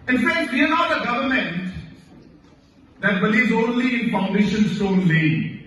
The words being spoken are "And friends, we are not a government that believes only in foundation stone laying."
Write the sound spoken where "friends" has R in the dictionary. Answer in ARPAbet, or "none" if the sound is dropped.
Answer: none